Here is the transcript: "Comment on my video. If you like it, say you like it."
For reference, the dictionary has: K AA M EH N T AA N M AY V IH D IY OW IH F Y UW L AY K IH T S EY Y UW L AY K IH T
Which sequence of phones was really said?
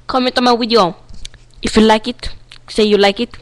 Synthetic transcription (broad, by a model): K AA M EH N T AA M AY W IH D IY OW IH F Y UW L AY K IH T S EY Y UW L AY K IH T